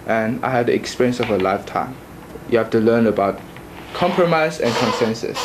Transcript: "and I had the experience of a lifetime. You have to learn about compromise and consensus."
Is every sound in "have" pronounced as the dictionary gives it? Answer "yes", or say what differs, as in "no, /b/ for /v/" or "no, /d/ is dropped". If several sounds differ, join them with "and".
no, /f/ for /v/